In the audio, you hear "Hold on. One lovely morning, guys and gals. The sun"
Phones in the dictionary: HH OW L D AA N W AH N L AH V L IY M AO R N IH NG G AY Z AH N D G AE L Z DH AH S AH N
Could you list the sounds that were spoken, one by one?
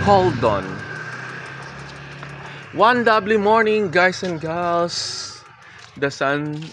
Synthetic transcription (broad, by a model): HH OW L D AA N W AH N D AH B L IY M AO R N IH NG G AY S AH N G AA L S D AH S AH N